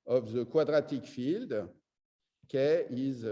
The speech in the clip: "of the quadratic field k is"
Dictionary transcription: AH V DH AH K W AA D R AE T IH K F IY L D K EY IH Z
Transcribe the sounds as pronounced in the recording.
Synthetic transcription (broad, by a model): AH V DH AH K W AA D R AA T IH K F IY L D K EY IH Z